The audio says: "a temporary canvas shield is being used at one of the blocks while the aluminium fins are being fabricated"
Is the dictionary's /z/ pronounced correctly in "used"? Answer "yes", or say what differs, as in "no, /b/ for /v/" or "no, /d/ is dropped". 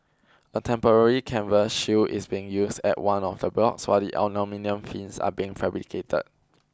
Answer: no, /s/ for /z/